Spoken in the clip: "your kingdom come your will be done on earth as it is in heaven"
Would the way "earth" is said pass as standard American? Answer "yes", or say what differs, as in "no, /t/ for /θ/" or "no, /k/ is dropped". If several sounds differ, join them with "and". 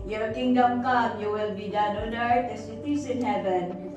no, /t/ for /θ/